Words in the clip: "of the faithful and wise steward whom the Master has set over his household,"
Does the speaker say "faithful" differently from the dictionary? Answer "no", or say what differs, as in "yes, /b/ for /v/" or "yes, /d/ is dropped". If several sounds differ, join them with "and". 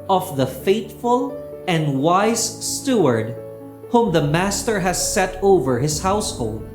yes, /t/ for /θ/